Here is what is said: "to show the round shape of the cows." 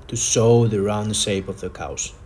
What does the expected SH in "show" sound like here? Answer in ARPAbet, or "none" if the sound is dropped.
S